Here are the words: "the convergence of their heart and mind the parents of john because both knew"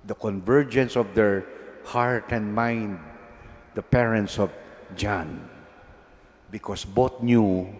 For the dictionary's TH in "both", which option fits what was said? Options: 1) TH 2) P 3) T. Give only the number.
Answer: 3